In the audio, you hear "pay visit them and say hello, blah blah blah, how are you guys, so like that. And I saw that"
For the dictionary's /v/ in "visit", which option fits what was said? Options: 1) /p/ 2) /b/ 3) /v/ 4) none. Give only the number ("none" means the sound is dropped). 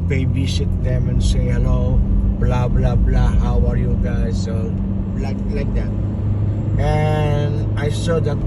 2